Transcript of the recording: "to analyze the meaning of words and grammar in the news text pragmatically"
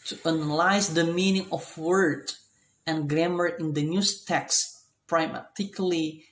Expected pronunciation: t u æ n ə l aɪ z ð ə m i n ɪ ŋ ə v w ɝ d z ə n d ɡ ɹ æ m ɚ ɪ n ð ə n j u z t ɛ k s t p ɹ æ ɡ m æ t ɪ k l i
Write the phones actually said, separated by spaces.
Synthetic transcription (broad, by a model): t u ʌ n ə l aɪ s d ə m i n ɪ ŋ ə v w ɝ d ə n ɡ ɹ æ m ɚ ɪ n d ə n j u s t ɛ k s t p ɹ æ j m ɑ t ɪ k l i